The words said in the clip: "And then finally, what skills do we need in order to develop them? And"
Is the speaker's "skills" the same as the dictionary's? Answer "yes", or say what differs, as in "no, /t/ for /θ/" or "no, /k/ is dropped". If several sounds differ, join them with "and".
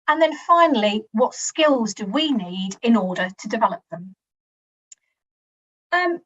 yes